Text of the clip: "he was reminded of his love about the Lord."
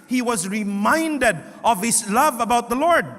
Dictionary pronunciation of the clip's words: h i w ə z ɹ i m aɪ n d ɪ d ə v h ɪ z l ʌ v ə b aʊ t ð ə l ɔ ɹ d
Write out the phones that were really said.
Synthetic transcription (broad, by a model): h i w ə z ɹ i m aɪ n d ɪ d ə v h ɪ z l ʌ v ə b aʊ t ð ə l ɔ ɹ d